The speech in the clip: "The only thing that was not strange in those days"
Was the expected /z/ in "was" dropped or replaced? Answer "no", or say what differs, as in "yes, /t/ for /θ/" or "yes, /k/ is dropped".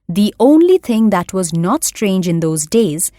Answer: no